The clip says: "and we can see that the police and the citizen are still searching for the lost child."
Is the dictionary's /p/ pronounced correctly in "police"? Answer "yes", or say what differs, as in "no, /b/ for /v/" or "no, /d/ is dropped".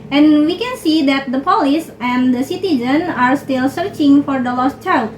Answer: yes